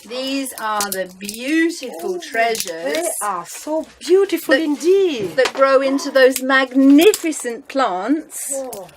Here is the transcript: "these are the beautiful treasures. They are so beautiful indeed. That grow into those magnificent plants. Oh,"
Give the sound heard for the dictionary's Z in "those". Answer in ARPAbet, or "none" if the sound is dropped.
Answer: Z